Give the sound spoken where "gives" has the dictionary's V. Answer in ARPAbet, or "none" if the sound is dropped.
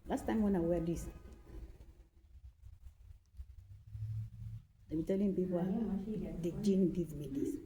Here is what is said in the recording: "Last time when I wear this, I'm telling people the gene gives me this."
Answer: none